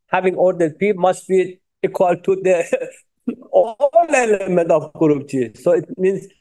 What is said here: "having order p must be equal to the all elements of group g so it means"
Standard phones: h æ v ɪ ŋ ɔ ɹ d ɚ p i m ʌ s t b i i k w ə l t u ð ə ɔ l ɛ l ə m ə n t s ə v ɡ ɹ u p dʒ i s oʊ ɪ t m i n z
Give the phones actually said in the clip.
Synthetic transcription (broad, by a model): h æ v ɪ ŋ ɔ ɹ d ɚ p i m ʌ s t b i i k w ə l t u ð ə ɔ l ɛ l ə m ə n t ə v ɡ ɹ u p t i s oʊ ɪ t m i n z